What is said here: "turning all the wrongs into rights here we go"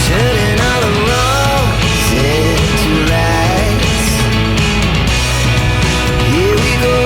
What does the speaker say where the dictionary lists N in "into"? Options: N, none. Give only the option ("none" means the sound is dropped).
none